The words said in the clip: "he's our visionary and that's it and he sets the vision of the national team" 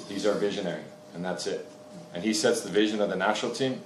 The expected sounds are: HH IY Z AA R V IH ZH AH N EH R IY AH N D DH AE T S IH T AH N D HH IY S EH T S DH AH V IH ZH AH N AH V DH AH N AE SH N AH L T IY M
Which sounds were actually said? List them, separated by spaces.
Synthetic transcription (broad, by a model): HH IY Z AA R V IH ZH AH N EH R IY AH N DH AE T S IH T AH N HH IY S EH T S DH AH V IH ZH AH N AH V DH AH N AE SH N L T IY M